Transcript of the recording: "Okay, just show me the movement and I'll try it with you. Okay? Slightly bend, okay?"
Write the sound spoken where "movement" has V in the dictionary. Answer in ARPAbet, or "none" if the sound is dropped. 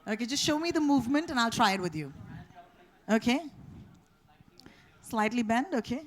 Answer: V